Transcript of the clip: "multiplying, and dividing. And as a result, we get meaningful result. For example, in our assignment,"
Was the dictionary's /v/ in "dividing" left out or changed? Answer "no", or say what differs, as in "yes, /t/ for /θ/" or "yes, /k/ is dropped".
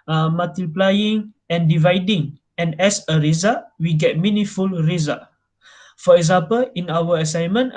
no